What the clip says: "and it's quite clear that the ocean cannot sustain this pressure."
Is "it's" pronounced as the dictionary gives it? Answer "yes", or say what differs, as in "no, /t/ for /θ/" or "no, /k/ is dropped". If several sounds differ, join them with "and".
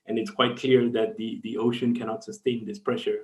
yes